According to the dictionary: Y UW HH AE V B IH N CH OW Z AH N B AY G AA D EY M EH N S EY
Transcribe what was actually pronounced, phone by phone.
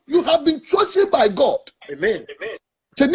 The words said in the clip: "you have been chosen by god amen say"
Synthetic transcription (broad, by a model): Y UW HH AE V B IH N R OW S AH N B AY G AA D EY M EH N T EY